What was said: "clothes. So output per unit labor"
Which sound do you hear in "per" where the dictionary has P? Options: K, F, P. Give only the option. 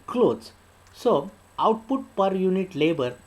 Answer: P